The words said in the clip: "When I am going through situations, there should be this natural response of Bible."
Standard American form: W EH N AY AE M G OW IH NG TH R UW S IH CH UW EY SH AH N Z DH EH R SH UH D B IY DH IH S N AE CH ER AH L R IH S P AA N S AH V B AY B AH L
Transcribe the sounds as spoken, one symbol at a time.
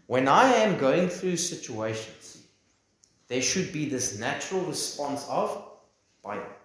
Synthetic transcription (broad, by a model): W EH N AY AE M G OW IH NG TH R UW S IH CH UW EY SH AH N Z DH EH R SH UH D B IY DH IH S N AE CH ER AH L R IH S P AA N S AH V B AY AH